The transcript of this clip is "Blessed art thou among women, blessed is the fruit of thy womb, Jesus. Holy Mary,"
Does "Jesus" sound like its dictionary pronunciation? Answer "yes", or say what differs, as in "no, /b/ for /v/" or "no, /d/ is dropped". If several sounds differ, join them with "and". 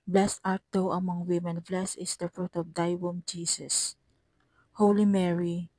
no, /s/ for /z/